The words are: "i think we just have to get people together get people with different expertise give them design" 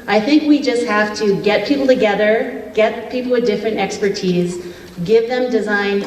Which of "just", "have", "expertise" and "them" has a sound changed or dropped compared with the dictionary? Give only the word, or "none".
have